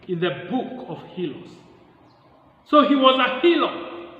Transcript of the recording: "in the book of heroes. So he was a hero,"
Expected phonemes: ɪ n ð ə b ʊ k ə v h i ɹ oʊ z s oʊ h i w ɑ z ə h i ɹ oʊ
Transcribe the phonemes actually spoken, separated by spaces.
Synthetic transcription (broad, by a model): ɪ n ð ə b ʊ k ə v h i l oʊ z s oʊ h i w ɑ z ə h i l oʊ